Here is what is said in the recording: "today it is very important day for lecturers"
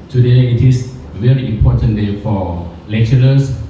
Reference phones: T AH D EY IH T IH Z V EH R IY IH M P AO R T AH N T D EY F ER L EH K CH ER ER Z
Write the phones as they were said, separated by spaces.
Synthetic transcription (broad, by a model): T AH D EY IH T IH S V EH R IY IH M P AO T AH N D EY F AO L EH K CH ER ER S